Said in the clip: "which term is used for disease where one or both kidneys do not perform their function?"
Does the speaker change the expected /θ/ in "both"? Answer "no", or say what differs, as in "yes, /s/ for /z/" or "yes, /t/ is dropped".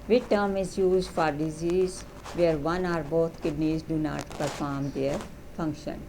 yes, /t/ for /θ/